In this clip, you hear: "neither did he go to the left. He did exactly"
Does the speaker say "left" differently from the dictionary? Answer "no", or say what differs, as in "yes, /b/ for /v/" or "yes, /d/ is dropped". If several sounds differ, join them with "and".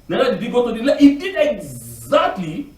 yes, /f/ is dropped